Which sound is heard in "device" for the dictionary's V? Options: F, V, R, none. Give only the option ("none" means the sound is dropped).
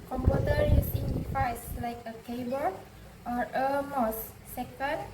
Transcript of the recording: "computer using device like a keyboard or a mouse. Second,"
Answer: F